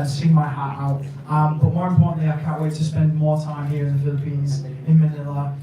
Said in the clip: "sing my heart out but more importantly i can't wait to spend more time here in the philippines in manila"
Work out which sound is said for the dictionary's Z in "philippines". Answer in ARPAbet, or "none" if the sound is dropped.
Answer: Z